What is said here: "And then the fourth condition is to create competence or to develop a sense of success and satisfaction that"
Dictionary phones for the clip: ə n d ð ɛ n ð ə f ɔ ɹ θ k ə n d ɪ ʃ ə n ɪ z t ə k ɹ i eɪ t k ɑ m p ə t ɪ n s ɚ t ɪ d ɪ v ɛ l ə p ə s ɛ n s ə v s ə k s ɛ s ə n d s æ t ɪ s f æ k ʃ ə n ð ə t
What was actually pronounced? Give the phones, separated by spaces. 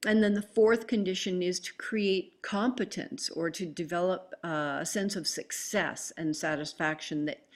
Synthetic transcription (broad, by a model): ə n ð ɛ n ð ə f ɔ ɹ θ k ə n d ɪ ʃ ə n ɪ z t ə k ɹ i eɪ t k ɑ m p ə t ɪ n s ɚ t ɪ d ɪ v ɛ l ə p ə s ɛ n s ə v s ə k s ɛ s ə n s æ t ɪ s f æ k ʃ ə n ð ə t